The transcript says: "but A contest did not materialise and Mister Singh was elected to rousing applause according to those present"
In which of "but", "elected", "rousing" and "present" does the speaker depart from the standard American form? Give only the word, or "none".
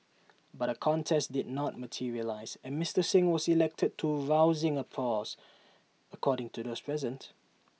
none